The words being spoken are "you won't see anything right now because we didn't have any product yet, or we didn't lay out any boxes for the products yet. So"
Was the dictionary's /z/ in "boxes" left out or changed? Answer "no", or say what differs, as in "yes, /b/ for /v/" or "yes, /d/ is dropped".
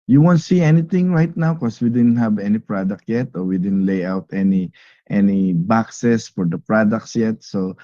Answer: yes, /s/ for /z/